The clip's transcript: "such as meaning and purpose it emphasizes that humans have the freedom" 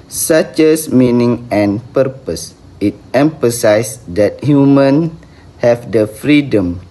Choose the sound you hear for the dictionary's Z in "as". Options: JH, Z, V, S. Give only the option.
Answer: S